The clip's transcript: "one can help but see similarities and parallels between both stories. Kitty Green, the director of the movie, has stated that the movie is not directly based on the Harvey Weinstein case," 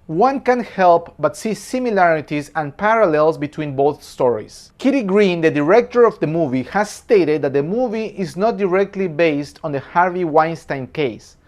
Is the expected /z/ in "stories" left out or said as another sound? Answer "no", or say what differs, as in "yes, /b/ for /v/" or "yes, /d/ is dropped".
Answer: yes, /s/ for /z/